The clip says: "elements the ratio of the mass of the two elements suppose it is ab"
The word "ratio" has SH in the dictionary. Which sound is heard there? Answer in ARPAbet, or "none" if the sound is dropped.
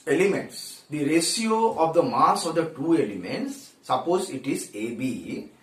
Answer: S